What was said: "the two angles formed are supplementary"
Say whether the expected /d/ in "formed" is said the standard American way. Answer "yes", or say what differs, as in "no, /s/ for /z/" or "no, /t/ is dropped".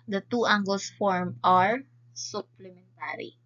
no, /d/ is dropped